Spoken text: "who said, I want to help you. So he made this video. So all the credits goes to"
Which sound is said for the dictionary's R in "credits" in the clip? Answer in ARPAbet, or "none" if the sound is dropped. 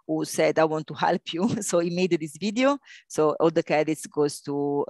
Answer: none